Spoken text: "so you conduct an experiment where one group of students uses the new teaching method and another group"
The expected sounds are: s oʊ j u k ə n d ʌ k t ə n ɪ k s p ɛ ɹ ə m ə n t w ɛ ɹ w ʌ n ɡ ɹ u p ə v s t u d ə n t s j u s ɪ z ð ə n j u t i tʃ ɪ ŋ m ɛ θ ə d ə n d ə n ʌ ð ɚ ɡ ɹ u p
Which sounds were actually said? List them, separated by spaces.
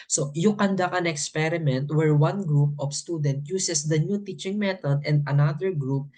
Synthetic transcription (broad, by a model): s oʊ j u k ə n d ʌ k ə n ɪ k s p ɛ ɹ ə m ə n t w ɛ ɹ w ʌ n ɡ ɹ u p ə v s t u d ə n t j u s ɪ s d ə n j u t i tʃ ɪ ŋ m ɛ t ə d ə n d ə n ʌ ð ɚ ɡ ɹ u p